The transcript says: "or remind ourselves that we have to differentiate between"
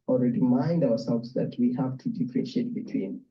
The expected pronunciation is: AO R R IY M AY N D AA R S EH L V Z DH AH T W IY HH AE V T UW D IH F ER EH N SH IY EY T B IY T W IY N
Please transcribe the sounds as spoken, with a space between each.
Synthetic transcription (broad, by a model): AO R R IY M AY N D AA W S EH L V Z DH AH T W IY HH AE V T UW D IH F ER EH SH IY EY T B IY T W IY N